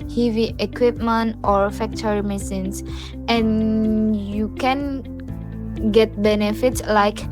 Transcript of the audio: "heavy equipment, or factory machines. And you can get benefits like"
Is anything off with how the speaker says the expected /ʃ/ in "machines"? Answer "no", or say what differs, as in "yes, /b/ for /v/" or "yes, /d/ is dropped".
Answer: yes, /s/ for /ʃ/